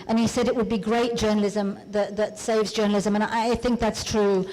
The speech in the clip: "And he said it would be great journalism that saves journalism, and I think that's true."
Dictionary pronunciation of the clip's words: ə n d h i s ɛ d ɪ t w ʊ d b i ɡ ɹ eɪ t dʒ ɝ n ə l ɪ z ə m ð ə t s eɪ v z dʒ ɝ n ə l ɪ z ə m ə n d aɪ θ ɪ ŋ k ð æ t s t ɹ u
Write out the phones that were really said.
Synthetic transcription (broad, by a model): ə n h i s ɛ d ɪ t w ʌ d b i ɡ ɹ eɪ t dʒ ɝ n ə l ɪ z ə m ð ə t s eɪ v z dʒ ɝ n l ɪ z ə m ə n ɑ aɪ θ ɪ ŋ k ð æ t s t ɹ u